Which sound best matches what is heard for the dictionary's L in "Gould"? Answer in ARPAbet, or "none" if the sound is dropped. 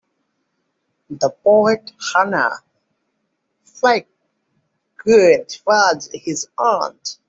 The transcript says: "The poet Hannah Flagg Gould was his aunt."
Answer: none